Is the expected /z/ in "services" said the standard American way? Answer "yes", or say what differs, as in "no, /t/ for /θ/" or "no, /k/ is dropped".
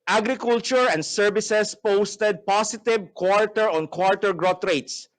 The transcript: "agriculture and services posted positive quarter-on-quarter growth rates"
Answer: no, /s/ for /z/